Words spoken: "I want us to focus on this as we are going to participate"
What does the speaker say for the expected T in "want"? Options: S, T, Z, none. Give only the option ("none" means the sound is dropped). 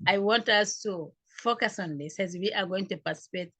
T